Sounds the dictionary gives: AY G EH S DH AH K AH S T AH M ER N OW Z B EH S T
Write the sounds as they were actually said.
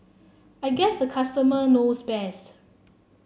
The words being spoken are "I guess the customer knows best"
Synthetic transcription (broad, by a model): AY G EH S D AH K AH S T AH M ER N OW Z B EH S T